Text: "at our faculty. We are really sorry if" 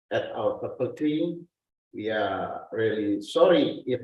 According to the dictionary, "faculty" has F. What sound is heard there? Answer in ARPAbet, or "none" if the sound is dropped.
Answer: P